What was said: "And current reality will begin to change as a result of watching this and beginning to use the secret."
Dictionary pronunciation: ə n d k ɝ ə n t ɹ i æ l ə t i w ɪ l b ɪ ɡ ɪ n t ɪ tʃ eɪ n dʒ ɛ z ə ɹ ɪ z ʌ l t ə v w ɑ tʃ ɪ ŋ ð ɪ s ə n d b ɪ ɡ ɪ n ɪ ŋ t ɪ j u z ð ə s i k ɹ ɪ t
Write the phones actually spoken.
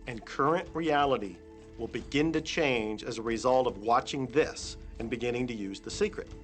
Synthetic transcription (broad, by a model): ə n k ɝ ə n t ɹ i æ l ə t i w ɪ l b ɪ ɡ ɪ n t ɪ tʃ eɪ n dʒ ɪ z ə ɹ ɪ z ʌ l t ə v w ɑ tʃ ɪ ŋ ð ɪ s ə n b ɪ ɡ ɪ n ɪ ŋ t ɪ j u z ð ə s i k ɹ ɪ t